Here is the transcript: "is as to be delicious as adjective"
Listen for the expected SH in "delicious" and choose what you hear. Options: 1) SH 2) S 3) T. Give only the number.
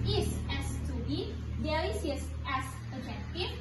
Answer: 2